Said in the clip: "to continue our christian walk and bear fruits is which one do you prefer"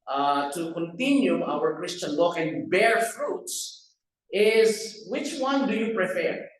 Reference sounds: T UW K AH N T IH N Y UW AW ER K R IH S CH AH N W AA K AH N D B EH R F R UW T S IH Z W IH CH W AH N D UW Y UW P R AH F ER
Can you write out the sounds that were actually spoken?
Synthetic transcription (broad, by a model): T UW K AH N T IH N Y UW AW ER K R IH S CH AH N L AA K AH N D B EH R F R UW T S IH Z W IH CH W AH N D UW Y UW P R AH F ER